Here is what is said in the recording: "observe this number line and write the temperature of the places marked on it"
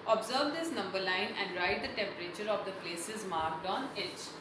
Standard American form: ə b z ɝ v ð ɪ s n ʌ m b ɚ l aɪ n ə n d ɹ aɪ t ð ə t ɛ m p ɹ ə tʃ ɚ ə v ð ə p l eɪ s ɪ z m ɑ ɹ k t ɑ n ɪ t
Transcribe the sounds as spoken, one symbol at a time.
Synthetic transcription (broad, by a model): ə b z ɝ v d ɪ s n ʌ m b ɚ l aɪ n ə n d ɹ aɪ t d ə t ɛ m p ɹ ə tʃ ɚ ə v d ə p l eɪ s ɪ z m ɑ ɹ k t ɑ n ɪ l